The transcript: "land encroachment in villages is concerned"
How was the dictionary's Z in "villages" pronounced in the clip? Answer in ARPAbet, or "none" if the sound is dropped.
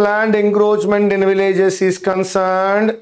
S